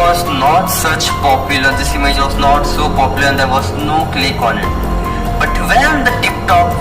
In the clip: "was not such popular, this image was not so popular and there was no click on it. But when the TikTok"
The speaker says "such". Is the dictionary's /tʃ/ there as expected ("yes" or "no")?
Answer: yes